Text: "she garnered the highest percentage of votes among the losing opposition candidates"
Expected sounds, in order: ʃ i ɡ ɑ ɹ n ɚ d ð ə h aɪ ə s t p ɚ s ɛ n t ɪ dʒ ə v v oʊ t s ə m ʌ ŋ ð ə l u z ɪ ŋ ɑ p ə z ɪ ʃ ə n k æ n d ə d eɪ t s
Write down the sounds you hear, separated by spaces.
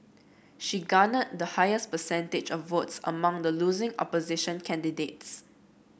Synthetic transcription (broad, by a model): ʃ i ɡ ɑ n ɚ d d ə h aɪ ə s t p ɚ s ɛ n t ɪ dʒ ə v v oʊ t s ə m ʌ ŋ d ə l u z ɪ ŋ ɑ p ə z ɪ ʃ ə n k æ n d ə d eɪ t s